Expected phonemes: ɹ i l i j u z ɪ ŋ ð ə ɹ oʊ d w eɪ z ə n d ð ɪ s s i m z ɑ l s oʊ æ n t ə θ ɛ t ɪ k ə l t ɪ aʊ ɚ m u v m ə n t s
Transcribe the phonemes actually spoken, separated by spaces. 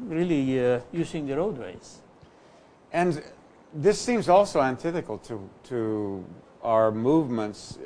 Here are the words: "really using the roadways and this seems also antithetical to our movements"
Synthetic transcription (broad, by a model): ɹ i l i j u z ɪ ŋ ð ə ɹ oʊ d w eɪ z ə n ð ɪ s s i m z ɑ l s oʊ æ n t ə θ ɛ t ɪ k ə l t ɪ aʊ ɚ m u v m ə n t s